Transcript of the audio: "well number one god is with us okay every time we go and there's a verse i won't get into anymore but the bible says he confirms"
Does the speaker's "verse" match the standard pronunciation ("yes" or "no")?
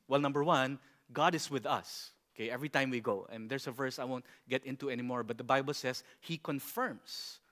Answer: yes